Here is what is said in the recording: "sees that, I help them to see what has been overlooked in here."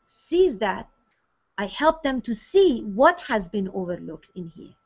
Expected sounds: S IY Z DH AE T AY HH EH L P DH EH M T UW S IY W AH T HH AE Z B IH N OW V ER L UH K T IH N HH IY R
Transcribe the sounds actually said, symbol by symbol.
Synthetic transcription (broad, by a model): S IY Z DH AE T AY HH EH L P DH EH M T UW S IY W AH T HH AE Z B IH N OW V ER L UH K T IH N HH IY R